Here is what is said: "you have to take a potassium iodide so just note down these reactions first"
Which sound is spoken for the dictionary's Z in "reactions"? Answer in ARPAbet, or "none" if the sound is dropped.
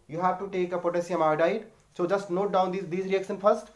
none